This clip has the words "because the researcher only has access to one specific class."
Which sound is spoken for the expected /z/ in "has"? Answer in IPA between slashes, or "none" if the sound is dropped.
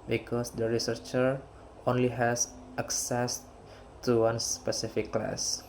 /s/